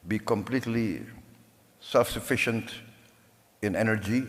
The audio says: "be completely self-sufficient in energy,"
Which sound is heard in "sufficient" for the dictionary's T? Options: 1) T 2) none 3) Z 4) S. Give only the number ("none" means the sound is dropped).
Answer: 1